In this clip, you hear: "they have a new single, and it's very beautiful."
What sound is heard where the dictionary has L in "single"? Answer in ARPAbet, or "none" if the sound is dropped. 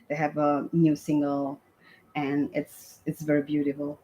L